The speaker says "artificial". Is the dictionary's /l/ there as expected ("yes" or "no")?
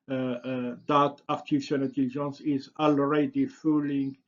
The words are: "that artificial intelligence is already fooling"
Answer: no